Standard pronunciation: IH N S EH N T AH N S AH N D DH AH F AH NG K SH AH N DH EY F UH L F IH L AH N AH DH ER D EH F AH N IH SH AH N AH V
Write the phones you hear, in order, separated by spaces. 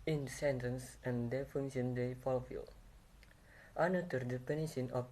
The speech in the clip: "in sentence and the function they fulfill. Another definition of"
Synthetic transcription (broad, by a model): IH N S EH N T AH N S AH N D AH F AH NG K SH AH N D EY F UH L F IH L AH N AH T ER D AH P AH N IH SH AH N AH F